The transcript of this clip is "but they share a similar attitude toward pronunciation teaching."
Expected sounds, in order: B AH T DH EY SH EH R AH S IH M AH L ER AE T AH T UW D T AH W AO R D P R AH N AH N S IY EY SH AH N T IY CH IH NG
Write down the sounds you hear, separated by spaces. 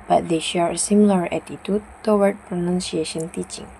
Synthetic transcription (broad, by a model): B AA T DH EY SH EH R AH S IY M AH L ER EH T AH T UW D T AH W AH R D P R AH N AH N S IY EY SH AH N T IY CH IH NG